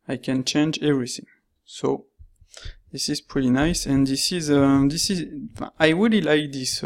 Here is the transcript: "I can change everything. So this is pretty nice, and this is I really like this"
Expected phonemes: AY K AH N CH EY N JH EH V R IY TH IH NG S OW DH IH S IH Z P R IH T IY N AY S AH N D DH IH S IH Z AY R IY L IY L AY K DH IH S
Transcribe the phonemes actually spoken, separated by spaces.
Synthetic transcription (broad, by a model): AY K AH N CH EY N JH EH V R IY TH IH NG S OW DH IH S IH Z P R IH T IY N AY S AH N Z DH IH S IH Z AY W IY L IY L AY K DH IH S